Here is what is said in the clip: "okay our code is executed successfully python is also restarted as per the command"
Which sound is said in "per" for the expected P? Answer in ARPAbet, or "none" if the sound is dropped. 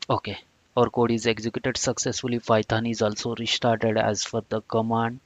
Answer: F